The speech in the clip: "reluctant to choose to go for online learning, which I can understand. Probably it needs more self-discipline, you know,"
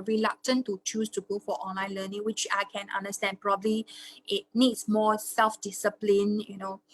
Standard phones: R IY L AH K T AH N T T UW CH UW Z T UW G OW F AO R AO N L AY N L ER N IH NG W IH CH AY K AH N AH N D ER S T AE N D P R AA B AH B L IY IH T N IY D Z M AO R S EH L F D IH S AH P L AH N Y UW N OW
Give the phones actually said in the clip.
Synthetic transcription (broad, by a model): R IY L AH K T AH N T T UW CH UW S T UW G OW F AO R AO N L AY N L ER N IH NG W IH CH AY K AH N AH N D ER S T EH N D P R AA B AH B L IY IH T N IY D S M AO S EH L F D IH S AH P L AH N Y UW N OW